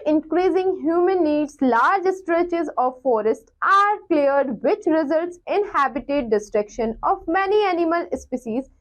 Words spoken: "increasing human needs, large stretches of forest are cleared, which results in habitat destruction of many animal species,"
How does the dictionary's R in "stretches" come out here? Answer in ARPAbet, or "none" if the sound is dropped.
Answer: R